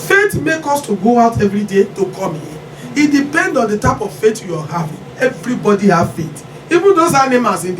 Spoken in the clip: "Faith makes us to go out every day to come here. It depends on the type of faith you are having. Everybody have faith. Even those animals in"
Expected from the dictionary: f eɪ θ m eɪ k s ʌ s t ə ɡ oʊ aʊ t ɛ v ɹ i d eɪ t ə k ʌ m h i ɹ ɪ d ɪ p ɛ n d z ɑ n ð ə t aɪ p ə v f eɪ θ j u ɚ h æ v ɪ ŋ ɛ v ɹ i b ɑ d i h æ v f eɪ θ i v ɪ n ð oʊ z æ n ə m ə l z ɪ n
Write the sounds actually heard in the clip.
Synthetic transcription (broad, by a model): f eɪ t m eɪ k ɔ s t ə ɡ oʊ aʊ t ɛ v ɹ i d eɪ t ə k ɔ m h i ɪ d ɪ p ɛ n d ɑ n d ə t aɪ p ə v f eɪ t j u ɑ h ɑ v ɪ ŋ ɛ v ɹ i b ɑ d i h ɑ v f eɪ t i v ɪ n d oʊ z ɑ n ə m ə z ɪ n